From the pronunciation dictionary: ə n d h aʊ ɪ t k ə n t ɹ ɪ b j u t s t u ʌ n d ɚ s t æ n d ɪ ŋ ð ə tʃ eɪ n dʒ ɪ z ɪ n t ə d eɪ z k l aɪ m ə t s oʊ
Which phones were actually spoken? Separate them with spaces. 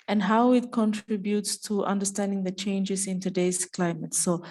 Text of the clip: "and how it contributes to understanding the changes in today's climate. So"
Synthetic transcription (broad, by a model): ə n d h aʊ ɪ t k ə n t ɹ ɪ b j u t s t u ʌ n d ɚ s t æ n d ɪ ŋ ð ə tʃ eɪ n dʒ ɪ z ɪ n t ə d eɪ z k l aɪ m ə t s oʊ